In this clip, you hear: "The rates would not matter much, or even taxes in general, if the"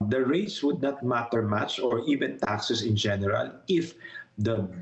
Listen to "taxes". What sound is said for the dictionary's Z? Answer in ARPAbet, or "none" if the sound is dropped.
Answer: S